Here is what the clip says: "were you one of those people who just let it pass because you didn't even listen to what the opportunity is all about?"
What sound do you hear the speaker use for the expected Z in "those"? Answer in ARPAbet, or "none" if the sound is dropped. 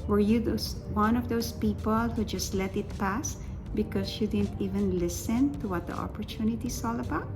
S